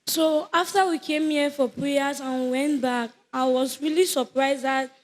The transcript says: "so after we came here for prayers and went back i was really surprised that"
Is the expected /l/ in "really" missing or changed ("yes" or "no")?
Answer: no